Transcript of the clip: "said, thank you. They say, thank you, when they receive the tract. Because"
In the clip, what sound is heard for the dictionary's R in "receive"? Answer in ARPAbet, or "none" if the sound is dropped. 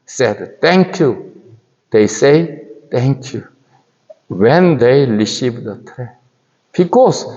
L